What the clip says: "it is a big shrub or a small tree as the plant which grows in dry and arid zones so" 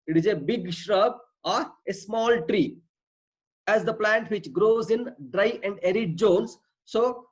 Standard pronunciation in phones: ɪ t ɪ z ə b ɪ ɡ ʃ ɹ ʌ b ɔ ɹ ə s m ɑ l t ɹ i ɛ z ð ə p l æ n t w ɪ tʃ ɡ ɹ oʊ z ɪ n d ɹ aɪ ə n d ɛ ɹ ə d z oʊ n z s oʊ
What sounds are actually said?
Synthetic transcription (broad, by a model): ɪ t ɪ z ə b ɪ ɡ ʃ ɹ ʌ b ɔ ɹ ə s m ɑ l t ɹ i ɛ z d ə p l æ n t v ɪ tʃ ɡ ɹ oʊ z ɪ n d ɹ aɪ ə n d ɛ ɹ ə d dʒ oʊ n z s oʊ